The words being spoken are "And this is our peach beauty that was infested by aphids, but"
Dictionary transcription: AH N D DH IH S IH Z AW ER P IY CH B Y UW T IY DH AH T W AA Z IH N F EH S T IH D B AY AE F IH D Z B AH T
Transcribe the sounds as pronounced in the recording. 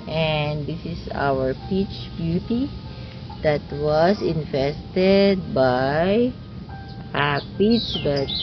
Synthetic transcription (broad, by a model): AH N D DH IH S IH S AW ER P IY CH B Y UW T IY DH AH T W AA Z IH N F EH S T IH D B AY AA P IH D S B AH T